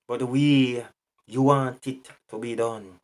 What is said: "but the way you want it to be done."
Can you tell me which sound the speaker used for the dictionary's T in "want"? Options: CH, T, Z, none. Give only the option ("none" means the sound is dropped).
T